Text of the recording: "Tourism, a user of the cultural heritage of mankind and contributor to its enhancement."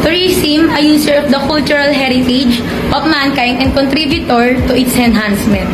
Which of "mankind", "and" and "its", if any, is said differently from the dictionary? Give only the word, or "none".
mankind